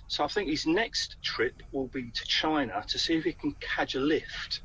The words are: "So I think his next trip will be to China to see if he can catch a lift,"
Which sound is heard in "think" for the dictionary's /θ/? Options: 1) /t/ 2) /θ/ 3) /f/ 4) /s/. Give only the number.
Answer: 2